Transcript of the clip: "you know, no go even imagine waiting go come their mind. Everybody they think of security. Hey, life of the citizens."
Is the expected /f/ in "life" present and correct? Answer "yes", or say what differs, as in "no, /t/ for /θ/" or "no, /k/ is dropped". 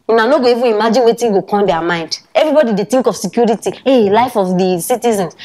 yes